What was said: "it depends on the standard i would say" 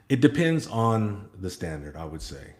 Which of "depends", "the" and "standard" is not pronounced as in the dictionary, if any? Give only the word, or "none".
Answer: none